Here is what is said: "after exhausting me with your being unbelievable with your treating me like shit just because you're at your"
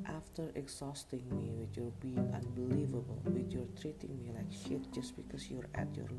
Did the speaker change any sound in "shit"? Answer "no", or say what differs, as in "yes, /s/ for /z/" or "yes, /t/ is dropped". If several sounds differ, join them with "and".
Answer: no